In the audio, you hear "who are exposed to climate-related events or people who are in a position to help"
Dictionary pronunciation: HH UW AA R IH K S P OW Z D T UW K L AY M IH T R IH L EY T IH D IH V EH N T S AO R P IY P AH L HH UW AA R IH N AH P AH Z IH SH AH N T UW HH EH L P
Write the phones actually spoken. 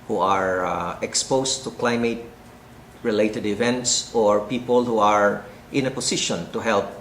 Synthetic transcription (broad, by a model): HH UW AA R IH K S P OW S T UW K L AY M IH T R IH L EY T IH D IH V EH N T S AO R P IY P AH L HH UW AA R IH N AH P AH S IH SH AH N T UW HH EH L P